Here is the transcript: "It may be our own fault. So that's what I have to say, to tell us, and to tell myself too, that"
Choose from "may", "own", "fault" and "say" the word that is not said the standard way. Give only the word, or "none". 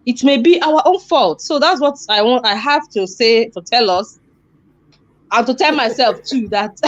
none